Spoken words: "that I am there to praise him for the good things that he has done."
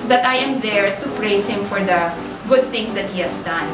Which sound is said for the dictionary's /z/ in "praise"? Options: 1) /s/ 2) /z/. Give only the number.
1